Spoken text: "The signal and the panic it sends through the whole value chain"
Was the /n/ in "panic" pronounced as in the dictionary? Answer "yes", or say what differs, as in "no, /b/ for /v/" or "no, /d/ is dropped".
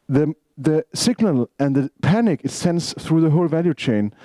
yes